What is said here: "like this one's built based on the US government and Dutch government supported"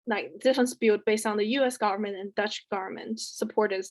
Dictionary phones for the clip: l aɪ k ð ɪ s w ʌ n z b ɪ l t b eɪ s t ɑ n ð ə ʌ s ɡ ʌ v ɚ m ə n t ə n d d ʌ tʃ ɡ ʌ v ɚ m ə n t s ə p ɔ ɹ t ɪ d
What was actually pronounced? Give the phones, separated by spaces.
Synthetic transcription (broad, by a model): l aɪ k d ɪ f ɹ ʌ n s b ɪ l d b eɪ s t n ð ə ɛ s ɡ ʌ v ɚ m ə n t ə n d d ʌ tʃ ɡ ʌ v ɚ m ə n t s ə p ɔ ɹ t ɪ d